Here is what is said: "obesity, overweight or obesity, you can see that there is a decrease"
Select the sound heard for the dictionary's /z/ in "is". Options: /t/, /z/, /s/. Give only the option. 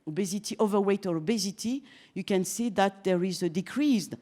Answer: /z/